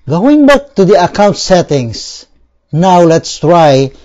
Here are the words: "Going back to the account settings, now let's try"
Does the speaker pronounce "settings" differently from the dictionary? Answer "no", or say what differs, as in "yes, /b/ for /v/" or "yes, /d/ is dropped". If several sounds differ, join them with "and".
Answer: yes, /s/ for /z/